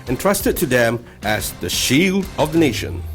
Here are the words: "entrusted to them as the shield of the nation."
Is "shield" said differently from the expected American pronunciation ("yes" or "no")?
no